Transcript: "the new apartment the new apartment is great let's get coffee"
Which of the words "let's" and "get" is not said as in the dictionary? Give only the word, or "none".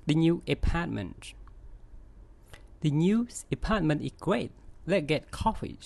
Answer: let's